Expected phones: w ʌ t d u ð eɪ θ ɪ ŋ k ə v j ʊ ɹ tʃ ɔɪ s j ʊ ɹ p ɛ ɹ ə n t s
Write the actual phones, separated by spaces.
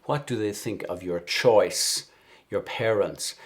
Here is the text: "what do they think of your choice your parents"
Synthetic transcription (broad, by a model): w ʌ t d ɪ ð eɪ θ ɪ ŋ k ə v j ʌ ɹ tʃ ɔɪ s j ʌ ɹ p ɛ ɹ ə n t s